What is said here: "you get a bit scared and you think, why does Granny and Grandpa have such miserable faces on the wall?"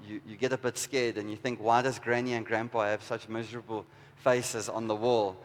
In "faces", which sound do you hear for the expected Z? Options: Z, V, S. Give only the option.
Z